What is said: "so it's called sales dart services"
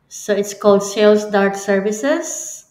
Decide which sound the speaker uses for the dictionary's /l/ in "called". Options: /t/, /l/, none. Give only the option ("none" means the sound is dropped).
/l/